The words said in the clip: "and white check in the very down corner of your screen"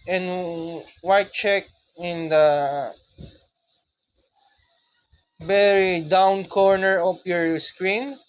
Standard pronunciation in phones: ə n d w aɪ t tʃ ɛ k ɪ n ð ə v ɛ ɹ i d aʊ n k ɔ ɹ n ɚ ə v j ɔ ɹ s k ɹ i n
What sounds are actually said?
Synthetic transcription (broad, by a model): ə n w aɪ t tʃ ɛ k ɪ n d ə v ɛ ɹ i d aʊ n k ɔ ɹ n ɚ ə p j ɔ ɹ s k ɹ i n